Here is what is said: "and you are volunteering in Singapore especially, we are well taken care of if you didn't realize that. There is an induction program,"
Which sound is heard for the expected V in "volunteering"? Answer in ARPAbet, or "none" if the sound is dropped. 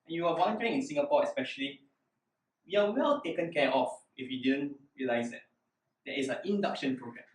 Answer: W